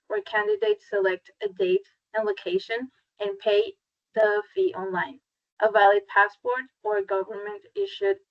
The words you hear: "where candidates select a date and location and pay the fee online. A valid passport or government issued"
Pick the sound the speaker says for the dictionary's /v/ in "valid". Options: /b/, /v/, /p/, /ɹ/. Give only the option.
/v/